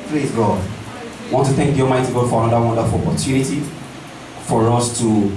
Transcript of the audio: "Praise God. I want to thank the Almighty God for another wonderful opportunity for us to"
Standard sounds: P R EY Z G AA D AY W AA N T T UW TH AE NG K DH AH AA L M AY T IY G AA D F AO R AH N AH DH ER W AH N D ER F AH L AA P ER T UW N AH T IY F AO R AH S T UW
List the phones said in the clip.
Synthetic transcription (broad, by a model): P R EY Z G AA D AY W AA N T T UW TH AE NG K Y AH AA M AY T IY G AA D F AO R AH N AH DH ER W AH N D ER F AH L AA P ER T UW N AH T IY F AO R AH S T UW